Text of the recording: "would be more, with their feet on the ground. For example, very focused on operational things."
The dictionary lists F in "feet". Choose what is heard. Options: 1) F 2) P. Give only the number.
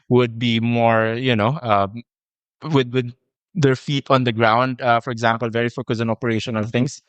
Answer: 1